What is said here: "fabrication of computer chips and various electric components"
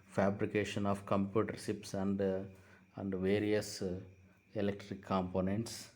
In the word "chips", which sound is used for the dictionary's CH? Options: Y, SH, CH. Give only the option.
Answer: SH